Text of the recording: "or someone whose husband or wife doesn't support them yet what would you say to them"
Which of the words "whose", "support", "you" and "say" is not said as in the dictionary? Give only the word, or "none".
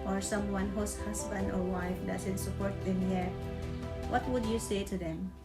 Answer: whose